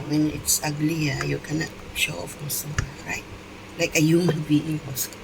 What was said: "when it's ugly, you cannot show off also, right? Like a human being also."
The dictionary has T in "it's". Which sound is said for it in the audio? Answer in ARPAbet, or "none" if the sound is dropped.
T